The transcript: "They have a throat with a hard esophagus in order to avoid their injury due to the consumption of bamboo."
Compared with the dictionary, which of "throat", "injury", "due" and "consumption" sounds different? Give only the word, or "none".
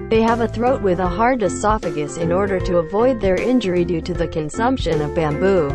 none